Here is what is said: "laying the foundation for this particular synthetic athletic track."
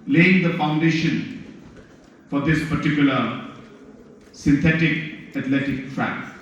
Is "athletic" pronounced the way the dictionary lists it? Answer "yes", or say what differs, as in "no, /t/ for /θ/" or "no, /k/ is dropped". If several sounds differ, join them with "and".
no, /t/ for /θ/